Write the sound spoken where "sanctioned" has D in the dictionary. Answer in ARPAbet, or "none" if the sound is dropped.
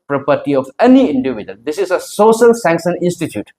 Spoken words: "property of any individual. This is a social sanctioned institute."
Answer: none